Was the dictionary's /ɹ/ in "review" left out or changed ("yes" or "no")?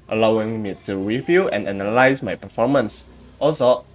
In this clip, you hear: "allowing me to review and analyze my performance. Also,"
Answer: yes